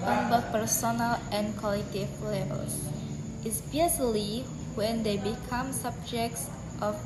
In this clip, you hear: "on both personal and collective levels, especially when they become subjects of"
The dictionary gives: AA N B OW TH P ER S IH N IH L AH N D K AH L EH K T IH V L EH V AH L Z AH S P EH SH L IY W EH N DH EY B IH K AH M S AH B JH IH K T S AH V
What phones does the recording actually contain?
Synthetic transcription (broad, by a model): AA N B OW P ER S IH N IH L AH N K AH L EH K T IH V L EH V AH L S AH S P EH S L IY W EH N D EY B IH K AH M S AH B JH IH K T S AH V